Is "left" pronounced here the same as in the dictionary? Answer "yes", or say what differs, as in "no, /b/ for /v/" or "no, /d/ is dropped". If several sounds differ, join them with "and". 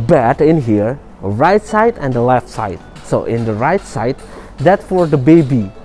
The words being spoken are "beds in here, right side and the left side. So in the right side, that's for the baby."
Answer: yes